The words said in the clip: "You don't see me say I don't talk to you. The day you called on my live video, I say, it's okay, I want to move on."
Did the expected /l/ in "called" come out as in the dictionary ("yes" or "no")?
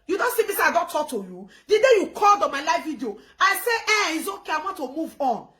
yes